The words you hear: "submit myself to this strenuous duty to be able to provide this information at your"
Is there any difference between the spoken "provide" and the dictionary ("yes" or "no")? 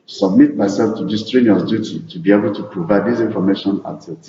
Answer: no